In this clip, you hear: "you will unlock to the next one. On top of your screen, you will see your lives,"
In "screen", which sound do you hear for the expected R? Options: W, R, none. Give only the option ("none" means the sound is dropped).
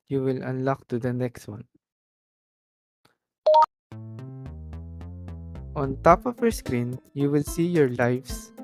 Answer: R